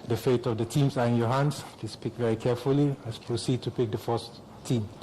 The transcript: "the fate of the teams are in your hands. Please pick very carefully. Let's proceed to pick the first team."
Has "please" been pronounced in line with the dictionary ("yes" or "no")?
no